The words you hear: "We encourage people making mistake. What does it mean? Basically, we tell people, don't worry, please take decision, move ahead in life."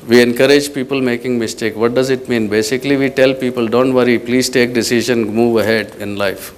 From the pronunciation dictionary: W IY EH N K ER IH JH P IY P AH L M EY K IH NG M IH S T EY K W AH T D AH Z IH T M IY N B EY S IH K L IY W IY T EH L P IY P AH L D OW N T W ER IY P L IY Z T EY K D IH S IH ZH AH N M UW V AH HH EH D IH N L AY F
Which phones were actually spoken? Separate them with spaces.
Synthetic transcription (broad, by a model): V IY EH N K ER IH JH P IY P AH L M EY K IH NG M IH S T EY K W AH T D AH Z IH T M IY N B EY S IH K L IY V IY T EH L P IY P AH L D OW N T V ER IY P L IY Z T EY K D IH S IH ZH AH N M UW V AH HH EH D IH N L AY F